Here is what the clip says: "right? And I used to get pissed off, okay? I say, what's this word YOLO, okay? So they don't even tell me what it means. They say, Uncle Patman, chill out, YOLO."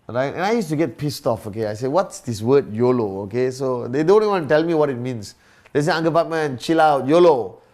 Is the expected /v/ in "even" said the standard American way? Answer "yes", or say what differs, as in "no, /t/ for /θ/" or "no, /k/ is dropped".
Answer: no, /w/ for /v/